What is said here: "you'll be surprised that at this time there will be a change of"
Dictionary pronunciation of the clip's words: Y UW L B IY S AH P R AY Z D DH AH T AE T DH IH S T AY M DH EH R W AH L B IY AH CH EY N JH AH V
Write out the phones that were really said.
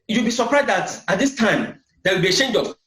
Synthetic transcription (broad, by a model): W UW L B IY S AH P R AY Z D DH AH T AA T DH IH S T AY M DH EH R W AH L B IY AH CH EY N JH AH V